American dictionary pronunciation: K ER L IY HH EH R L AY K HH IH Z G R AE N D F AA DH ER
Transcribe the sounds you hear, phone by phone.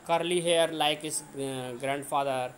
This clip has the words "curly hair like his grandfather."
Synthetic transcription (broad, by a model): K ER L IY HH EH R L AY K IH S G R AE N D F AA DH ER